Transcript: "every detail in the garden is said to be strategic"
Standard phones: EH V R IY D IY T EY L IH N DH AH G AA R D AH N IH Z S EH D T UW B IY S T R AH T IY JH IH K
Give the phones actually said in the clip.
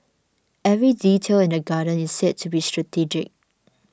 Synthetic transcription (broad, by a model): EH V R IY D IY T EY L IH N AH G AA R D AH N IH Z S EH D T UW B IY S T R AH T IY JH IH K